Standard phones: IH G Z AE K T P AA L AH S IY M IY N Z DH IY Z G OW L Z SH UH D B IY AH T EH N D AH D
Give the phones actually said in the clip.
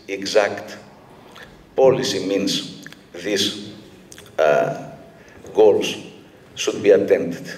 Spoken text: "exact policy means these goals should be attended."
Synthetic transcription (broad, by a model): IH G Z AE K T P AA L AH S IY M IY N S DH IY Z G OW L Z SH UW D B IY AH T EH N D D